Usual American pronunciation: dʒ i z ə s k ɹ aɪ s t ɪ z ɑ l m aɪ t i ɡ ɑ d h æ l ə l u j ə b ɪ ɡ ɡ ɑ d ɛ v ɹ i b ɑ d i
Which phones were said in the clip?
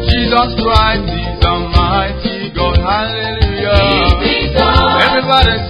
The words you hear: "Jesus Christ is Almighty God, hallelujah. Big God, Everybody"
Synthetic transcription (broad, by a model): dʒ i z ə s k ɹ aɪ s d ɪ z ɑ m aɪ t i ɡ ɑ d h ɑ l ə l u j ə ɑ ɛ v ɹ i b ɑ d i